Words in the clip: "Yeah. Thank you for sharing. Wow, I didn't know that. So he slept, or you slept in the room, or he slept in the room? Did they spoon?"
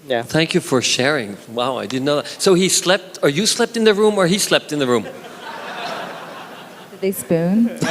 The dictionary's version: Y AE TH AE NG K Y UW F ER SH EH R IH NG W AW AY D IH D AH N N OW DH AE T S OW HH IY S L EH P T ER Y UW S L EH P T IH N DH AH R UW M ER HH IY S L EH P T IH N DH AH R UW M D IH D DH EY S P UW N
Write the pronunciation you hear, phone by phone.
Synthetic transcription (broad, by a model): Y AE TH AE NG K Y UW F ER SH EH R IH NG W AW AY D IH D N N OW DH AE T S OW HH IY S L EH P T ER Y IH S L EH P T IH N DH AH R UW M ER IY S L EH P T IH N DH AH R UW M D IH D DH EY S P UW N